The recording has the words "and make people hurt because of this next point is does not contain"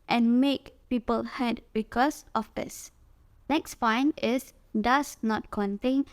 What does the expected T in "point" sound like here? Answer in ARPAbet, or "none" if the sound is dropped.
none